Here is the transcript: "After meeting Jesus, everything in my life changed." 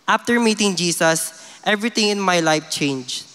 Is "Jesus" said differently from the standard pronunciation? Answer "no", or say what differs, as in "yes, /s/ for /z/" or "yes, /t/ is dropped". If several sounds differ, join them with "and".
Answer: yes, /s/ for /z/